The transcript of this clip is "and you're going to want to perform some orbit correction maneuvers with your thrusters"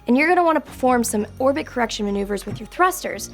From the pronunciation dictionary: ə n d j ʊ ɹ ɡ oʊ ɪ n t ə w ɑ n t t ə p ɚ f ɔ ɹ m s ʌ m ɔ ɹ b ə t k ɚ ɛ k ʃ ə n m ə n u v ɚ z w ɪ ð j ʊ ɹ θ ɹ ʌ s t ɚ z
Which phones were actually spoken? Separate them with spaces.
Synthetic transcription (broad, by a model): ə n j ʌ ɹ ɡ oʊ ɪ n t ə w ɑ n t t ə p ɚ f ɔ ɹ m s ʌ m ɔ ɹ b ə t k ɚ ɛ k ʃ ə n m ə n u v ɚ z w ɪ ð j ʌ ɹ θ ɹ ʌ s t ɚ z